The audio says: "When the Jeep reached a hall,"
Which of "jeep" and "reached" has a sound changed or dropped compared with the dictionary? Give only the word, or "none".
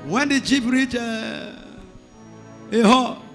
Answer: reached